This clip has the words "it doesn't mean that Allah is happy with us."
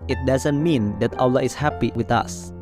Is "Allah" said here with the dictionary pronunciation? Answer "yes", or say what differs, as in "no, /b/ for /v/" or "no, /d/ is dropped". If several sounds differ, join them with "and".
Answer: yes